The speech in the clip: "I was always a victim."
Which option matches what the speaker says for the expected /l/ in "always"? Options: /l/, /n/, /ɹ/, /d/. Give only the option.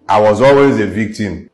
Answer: /l/